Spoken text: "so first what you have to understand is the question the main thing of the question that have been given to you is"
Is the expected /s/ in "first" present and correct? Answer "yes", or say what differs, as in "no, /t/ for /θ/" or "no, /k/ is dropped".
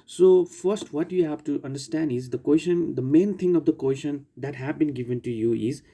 yes